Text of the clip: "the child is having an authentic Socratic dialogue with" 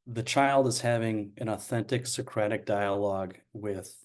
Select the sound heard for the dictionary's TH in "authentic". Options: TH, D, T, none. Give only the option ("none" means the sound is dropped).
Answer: TH